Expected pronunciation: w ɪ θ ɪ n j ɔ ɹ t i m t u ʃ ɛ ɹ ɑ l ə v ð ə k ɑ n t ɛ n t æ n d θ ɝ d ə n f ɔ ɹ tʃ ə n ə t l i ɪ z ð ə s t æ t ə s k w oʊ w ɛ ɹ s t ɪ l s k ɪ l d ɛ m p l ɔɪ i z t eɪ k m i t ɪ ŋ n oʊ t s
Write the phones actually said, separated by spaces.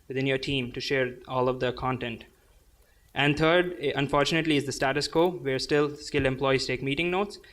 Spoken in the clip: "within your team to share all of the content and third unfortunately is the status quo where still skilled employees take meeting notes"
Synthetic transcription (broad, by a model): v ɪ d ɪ n j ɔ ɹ t i m t u ʃ ɛ ɹ ɑ l ə v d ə k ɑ n t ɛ n t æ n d t ɝ d ə n f ɔ ɹ tʃ ə n ə t l i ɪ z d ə s t æ t ə s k oʊ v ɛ ɹ s t ɪ l s k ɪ l ɛ m p l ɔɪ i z t eɪ k m i t ɪ ŋ n oʊ t s